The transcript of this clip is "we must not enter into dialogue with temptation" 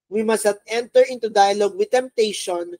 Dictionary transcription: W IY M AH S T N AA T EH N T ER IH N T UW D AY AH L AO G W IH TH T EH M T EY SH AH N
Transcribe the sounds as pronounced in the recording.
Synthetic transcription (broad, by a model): W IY M AH S T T EH N T ER IH N T UW D AY AH L AO G W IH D T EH M T EY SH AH N